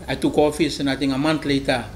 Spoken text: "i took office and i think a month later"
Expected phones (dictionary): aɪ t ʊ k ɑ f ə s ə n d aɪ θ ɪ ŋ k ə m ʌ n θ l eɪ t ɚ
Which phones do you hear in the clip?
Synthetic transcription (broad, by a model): aɪ t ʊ k ɑ f ə s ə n aɪ t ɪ ŋ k ə m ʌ n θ l eɪ t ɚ